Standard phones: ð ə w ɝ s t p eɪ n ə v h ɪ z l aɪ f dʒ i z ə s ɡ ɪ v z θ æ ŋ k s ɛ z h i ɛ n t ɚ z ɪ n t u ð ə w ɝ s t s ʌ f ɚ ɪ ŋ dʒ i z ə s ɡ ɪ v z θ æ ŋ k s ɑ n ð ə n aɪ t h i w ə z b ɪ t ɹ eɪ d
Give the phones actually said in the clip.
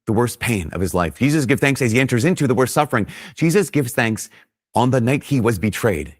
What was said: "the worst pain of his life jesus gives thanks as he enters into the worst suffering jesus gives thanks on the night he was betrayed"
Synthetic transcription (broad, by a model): ð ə w ɝ s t p eɪ n ə v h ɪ z l aɪ f dʒ i z ə s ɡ ɪ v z θ æ ŋ k s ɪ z i ɛ n t ɚ z ɪ n t u ð ə w ɝ s t s ʌ f ɚ ɪ ŋ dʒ i z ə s ɡ ɪ v z θ æ ŋ k s n ð ə n aɪ t h i w ə z b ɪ t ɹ eɪ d